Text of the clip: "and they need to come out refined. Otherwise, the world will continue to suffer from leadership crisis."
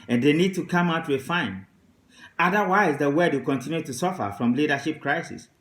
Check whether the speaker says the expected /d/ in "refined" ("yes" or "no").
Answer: no